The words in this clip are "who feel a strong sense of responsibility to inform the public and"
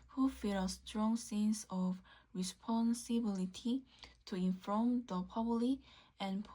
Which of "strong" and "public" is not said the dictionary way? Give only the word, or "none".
public